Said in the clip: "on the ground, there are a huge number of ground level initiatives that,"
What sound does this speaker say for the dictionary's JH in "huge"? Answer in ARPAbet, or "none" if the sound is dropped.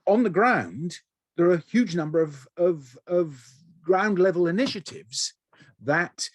JH